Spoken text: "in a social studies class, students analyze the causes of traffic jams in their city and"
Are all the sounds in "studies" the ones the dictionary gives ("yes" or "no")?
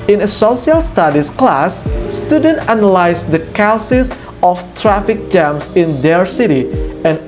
no